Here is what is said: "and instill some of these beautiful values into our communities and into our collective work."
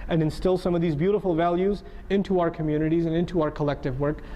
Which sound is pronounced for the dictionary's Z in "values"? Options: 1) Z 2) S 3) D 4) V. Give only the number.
1